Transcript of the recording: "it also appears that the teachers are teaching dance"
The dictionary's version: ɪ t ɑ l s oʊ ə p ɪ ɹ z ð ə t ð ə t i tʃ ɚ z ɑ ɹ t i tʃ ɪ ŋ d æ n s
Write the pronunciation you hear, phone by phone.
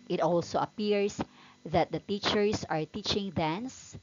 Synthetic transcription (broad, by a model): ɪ t ɑ l s oʊ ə p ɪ ɹ s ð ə t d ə t i tʃ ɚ s ɑ ɹ t i tʃ ɪ ŋ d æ n s